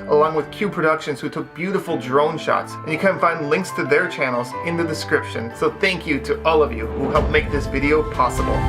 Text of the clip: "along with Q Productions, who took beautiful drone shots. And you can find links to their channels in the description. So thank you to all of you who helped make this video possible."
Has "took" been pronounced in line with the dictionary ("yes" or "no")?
yes